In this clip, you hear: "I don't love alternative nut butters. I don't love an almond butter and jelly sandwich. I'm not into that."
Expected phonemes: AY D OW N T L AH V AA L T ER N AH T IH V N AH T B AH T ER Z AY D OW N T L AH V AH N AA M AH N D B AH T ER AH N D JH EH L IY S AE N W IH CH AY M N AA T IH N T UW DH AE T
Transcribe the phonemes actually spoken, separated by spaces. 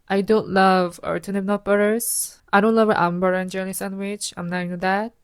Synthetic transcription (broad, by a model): AY D OW N T L AH V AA T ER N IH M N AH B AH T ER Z AY D OW N T L AH V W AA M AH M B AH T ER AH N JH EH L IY S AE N W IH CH AY M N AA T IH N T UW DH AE T